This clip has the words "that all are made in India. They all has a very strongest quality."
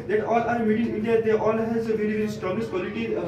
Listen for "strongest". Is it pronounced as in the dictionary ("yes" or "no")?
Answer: no